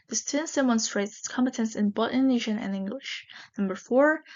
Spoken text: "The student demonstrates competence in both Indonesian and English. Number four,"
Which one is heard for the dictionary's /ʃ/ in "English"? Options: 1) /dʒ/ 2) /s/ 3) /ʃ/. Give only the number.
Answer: 3